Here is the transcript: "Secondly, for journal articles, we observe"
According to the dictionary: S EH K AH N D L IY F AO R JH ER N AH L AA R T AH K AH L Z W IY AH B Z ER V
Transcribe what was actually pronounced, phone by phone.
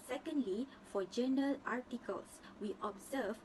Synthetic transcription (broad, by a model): S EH K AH N D L IY F AO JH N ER AH L AA R T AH K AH L S W IY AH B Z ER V